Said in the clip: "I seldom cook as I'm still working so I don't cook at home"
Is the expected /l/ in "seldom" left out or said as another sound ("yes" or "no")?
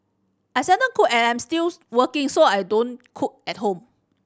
yes